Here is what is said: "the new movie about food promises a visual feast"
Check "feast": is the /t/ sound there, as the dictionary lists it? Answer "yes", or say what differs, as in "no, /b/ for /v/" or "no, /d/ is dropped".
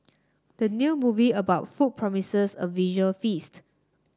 yes